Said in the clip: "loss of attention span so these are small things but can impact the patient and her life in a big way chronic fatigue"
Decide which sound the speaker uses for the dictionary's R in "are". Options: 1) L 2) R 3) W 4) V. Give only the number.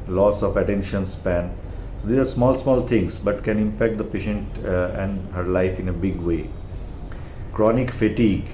1